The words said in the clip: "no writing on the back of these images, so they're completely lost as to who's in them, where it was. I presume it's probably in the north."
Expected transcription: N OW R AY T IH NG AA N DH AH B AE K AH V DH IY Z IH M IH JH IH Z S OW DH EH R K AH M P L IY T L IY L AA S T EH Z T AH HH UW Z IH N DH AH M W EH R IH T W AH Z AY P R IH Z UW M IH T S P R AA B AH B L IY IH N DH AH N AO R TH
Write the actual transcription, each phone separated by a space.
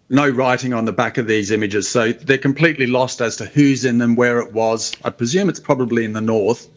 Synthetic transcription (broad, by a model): N OW R AY T IH NG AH N DH AH B AE K AH V DH IY Z IH M IH JH IH Z S OW DH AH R K AH M P L IY T L IY L AA S T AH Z T AH HH UW Z IH N DH AH M W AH R IH T W AH Z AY P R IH Z UW M IH T S P R AA B AH B L IY IH N DH AH N AO R TH